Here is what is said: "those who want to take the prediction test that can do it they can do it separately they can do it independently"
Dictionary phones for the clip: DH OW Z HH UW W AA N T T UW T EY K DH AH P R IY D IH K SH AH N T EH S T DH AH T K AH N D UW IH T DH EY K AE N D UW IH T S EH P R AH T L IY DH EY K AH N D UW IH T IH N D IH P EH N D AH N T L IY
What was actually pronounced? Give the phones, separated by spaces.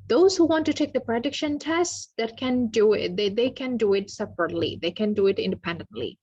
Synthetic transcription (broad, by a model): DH OW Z HH UW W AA N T T UW T EY K DH AH P R IY D IH K SH AH N T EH S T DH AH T K AH N D UW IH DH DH EY K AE N D UW IH T S EH P R AH T L IY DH EY K AH N D UW IH T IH N D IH P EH N D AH N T L IY